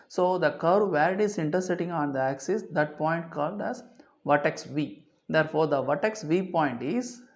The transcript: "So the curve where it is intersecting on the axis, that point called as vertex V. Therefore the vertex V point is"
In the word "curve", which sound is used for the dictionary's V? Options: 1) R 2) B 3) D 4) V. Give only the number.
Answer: 4